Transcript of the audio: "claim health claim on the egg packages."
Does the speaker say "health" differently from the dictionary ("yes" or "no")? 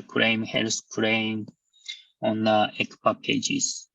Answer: yes